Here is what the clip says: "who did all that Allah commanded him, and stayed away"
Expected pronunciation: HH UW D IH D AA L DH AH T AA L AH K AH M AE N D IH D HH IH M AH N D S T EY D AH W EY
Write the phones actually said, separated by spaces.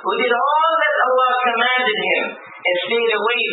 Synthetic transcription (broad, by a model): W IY D IH D AA L DH AH T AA L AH K AH M AE N D IH D HH IH M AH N S T EY D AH W EY